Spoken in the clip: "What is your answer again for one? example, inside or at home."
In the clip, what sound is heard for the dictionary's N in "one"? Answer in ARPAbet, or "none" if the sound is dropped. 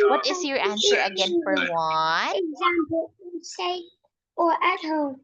none